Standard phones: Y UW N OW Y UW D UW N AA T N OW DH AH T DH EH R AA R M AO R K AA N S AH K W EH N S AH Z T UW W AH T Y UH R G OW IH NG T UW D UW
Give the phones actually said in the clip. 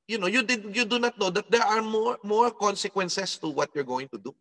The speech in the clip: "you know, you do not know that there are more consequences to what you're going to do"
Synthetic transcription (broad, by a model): Y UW N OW Y UW D UW N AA T N OW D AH T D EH R AA R M AO R K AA N S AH K W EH N S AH S T UW W AH T Y UH R G OW IH NG T UW D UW